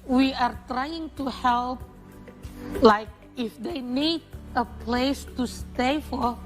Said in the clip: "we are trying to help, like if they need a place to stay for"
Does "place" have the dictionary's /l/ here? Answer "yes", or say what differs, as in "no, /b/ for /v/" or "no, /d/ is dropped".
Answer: yes